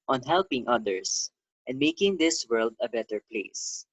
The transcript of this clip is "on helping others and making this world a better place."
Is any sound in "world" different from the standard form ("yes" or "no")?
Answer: no